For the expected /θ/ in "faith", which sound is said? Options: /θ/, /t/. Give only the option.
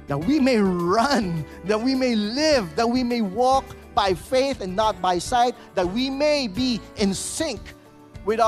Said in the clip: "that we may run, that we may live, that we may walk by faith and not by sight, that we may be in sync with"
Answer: /θ/